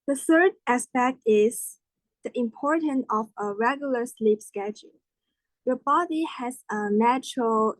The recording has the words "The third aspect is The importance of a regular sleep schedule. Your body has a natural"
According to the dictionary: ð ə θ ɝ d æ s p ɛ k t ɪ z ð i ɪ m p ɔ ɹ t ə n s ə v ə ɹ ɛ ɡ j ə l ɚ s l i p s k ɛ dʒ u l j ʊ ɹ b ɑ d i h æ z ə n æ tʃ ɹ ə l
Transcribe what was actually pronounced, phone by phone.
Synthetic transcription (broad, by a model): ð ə θ ɝ d æ s p ɛ k t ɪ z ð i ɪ m p ɔ ɹ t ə n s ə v ə ɹ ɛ ɡ j l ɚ s l i p s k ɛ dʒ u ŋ j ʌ ɹ b ɑ d i h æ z ə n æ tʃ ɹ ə l